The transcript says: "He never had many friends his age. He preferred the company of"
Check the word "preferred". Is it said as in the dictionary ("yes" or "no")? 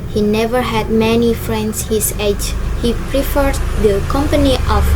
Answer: yes